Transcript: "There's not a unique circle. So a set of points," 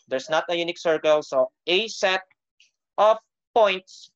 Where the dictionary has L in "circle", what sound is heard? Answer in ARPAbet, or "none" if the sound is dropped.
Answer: L